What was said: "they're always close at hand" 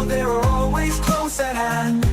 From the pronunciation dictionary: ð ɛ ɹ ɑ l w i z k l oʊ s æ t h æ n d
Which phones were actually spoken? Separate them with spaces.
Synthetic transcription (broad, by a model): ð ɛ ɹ ɑ l w i z k l oʊ s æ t h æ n